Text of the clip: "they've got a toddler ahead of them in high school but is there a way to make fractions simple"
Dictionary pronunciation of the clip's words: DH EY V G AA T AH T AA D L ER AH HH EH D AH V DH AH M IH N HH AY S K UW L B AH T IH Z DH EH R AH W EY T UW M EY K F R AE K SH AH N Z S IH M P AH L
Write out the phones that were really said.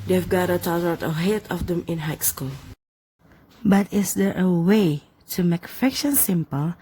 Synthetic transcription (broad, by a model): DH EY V G AA T AH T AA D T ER AH HH EH D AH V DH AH M IH N HH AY S K UW L B AH T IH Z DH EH R AH W EY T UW M EY K F AE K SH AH N S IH M P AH L